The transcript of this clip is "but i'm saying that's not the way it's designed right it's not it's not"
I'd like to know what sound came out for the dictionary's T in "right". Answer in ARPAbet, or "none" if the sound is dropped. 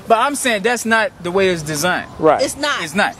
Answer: none